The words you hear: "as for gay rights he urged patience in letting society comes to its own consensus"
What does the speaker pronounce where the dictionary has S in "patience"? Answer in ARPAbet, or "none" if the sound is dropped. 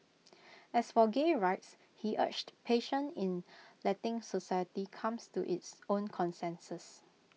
none